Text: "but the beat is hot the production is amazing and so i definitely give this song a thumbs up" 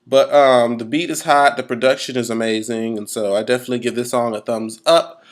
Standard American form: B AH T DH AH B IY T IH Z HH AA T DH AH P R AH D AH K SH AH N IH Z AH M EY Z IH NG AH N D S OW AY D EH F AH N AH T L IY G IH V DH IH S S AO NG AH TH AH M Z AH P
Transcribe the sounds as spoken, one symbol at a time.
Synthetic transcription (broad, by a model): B AH T DH AH B IY T IH Z HH AA T DH AH P R AH D AH K SH AH N IH Z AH M EY Z IH NG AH N S OW AY D EH F AH N AH T L IY G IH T DH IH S S AO NG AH TH AH M Z AH P